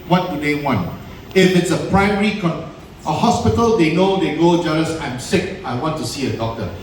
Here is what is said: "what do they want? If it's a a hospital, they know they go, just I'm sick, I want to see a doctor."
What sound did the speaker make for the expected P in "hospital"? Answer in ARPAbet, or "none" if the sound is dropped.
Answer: P